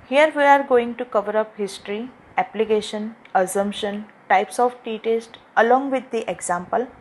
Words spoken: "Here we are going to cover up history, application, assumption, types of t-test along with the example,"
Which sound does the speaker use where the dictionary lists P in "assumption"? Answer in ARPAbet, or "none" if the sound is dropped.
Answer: P